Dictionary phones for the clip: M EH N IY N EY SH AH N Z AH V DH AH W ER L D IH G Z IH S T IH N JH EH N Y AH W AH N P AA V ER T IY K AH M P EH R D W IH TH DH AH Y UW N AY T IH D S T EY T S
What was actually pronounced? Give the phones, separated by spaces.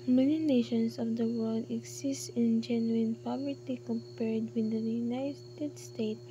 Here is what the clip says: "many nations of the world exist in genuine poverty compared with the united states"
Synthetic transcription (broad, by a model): M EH N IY N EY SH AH N S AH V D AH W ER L D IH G S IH S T IH N JH EH N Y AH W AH N P AA V ER T IY K AH M P EH R D W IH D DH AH Y UW N AY T IH D S T EY T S